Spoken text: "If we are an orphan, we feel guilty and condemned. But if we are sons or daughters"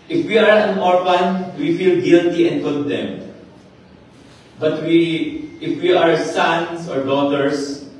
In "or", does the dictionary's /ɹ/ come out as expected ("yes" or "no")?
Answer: yes